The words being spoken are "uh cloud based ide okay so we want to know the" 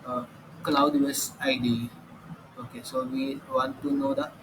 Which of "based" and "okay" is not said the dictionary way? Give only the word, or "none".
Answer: based